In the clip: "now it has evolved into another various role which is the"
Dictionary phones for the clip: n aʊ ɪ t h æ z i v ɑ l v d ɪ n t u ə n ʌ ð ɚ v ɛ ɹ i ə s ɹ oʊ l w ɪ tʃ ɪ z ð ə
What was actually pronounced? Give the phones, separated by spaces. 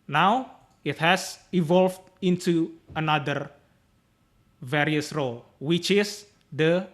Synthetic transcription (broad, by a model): n aʊ ɪ t h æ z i v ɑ l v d ɪ n t u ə n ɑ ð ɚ v ɛ ɹ i ə s ɹ oʊ l w ɪ tʃ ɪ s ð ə